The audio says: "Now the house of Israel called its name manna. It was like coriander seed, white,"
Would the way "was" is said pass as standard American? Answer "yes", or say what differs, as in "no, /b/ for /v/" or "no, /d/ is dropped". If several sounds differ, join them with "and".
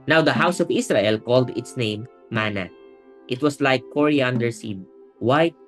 no, /s/ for /z/